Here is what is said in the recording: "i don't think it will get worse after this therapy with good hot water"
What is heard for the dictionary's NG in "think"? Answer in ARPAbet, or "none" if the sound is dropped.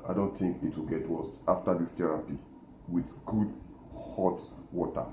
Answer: NG